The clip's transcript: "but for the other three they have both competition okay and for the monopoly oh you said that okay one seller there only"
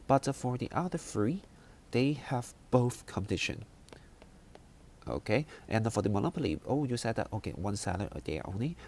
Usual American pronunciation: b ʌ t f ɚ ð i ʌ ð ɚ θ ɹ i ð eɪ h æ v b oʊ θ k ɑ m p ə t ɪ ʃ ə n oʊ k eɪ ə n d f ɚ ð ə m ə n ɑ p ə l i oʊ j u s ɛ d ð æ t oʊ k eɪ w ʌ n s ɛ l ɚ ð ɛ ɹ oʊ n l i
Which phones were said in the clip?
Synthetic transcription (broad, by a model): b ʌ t f ɚ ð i ʌ ð ɚ f ɹ i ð eɪ h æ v b oʊ θ k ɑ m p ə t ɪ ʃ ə n oʊ k eɪ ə n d f ɚ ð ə m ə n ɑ p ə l i oʊ j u s ɛ d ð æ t oʊ k eɪ w ʌ n s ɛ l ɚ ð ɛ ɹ oʊ n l i